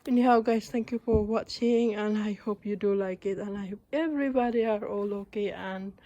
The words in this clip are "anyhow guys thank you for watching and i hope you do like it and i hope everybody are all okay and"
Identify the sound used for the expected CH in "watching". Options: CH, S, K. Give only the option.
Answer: CH